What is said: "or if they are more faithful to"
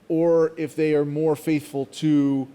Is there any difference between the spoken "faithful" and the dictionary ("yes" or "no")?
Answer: no